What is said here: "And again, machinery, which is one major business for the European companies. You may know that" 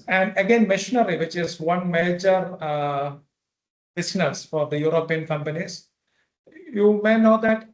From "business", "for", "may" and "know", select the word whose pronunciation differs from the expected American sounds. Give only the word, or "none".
business